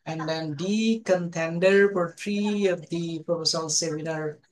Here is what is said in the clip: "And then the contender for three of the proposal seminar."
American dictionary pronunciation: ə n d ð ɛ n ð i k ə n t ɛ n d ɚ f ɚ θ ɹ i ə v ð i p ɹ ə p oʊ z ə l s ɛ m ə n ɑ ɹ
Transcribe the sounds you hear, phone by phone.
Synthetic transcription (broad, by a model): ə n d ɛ n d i k ə n t ɛ n d ɚ p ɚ t ɹ i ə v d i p ə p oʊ s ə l s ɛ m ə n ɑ ɹ